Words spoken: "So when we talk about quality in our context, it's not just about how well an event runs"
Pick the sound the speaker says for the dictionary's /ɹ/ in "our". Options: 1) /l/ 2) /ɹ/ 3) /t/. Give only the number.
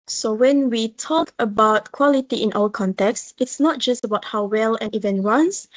1